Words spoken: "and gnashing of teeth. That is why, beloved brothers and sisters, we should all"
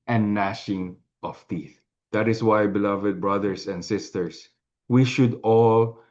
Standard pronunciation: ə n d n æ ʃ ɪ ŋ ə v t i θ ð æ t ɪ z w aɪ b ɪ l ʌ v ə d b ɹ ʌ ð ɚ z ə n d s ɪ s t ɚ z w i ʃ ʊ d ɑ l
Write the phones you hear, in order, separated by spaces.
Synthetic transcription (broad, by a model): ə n n æ ʃ ɪ ŋ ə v t i θ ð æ t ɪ s w aɪ b ɪ l ʌ v ə d b ɹ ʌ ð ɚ s ə n d s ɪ s t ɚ s w i ʃ ʊ d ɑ l